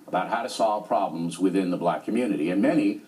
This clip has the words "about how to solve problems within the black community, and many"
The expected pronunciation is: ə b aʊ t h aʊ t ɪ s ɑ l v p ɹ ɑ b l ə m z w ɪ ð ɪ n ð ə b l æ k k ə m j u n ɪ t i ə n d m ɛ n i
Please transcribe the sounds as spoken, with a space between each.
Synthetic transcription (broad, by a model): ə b aʊ t h aʊ t ɪ s ɑ l v p ɹ ɑ b l ə m z w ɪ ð ɪ n ð ə b l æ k k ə m j u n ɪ t i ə n m ɛ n i